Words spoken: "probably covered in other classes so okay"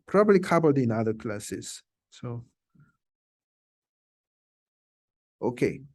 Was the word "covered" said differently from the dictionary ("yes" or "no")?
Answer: yes